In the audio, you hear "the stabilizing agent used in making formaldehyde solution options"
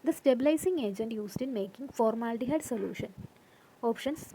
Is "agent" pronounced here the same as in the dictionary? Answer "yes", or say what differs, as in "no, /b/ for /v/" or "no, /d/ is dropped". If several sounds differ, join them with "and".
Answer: yes